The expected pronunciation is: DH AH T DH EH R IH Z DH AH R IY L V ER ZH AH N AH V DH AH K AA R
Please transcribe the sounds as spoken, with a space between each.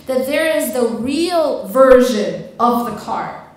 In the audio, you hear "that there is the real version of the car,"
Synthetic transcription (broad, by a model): DH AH T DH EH R IH Z DH AH R IY L V ER ZH AH N AH V DH AH K AA R